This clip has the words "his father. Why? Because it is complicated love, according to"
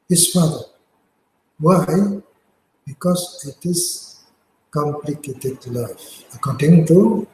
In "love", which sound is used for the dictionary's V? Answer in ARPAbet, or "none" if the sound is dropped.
F